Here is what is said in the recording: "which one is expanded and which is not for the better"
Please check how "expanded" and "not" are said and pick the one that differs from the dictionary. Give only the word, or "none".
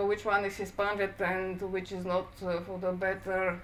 expanded